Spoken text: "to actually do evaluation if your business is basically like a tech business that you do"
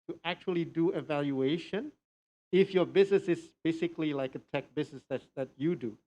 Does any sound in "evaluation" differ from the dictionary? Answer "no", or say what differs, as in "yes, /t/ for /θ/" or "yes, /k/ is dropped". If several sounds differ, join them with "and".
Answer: no